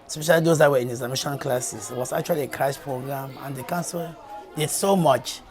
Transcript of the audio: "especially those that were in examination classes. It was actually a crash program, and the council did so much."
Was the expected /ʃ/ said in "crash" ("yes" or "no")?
no